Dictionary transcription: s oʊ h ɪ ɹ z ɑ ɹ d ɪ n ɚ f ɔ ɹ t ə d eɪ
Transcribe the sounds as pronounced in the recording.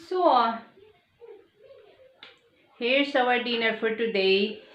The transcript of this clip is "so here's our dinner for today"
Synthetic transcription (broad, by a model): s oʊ h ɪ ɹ s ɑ w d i n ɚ f ɔ ɹ t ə d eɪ